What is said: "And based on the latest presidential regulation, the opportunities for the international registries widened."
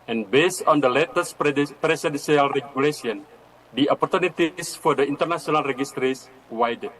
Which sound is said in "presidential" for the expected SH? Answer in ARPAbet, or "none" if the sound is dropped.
S